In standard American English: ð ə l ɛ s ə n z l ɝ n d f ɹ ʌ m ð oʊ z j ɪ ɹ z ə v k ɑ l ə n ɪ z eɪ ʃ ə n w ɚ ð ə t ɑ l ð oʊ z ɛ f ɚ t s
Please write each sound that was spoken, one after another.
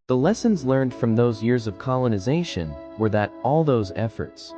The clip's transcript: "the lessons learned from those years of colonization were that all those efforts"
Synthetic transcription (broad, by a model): ð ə l ɛ s ə n z l ɝ n d f ɹ ʌ m ð oʊ z j ɪ ɹ z ə v k ɑ l ə n ɪ z eɪ ʃ ə n w ɚ ð ə t ɑ l ð oʊ z ɛ f ɚ t s